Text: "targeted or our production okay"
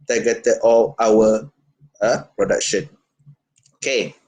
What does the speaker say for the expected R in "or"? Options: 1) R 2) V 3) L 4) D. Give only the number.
3